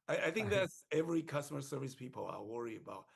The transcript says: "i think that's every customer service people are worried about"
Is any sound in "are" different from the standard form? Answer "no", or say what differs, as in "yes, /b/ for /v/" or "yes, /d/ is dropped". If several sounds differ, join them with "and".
yes, /l/ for /ɹ/